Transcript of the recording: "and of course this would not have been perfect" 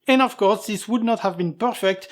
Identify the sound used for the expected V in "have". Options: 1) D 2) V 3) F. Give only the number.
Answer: 2